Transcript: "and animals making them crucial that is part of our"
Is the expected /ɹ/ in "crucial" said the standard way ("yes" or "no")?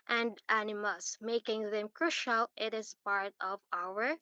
yes